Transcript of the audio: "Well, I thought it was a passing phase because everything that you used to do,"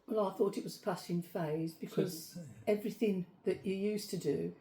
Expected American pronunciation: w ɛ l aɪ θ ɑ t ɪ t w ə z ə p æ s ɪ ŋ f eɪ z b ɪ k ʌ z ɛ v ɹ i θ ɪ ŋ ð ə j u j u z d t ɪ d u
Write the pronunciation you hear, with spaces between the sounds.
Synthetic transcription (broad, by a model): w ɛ l aɪ θ ɑ t ɪ t w ə z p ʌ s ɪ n f eɪ z b ɪ k ʌ z ɛ v ɹ i θ ɪ ŋ ð ə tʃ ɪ j u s t ɪ d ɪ